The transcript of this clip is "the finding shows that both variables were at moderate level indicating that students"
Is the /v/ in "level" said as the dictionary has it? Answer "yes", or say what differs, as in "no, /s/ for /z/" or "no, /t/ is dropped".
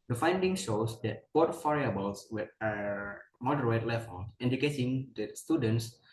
no, /f/ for /v/